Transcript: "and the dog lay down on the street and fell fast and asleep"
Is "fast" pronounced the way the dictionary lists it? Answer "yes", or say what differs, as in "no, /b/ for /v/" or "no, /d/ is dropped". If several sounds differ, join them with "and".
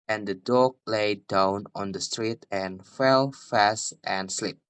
yes